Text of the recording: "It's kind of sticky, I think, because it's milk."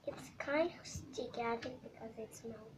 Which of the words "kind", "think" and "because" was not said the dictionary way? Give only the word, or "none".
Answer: think